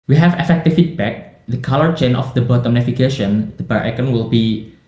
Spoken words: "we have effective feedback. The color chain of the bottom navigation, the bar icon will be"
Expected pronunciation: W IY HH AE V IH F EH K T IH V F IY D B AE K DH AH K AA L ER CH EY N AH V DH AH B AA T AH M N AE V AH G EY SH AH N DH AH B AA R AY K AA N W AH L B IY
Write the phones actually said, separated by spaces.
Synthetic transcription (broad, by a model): W IY HH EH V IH F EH K T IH F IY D B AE K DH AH K AA L ER CH EY N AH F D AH B AA T AH M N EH F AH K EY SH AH N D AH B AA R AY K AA N W AH L B IY